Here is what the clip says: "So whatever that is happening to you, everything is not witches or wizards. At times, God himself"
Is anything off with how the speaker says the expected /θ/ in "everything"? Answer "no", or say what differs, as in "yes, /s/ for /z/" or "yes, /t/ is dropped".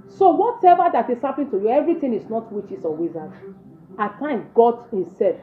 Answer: yes, /t/ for /θ/